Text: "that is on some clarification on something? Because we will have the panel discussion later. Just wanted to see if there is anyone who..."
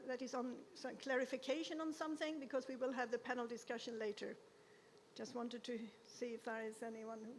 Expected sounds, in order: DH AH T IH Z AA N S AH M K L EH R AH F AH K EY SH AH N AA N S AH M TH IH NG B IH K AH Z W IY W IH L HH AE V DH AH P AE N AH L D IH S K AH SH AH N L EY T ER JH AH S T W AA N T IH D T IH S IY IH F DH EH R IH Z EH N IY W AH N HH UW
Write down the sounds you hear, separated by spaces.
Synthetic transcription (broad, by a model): DH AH T IH Z N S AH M K L EH R AH F AH K EY SH AH N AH N S AH M TH IH NG B IH K AH Z W IY W IH L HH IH V DH AH P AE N L D IH S K AH SH AH N L EY T ER JH AH S T W AA N T IH D T IH S IY IH F DH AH R IH Z EH N IY W AH N HH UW